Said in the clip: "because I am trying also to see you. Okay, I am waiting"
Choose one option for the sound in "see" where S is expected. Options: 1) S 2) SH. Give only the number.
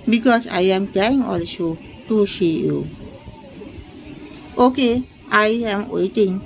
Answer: 2